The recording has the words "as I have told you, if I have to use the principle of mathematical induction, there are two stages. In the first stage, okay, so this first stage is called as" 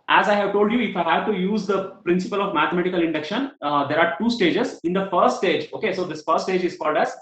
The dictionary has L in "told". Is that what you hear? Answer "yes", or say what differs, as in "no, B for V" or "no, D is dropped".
yes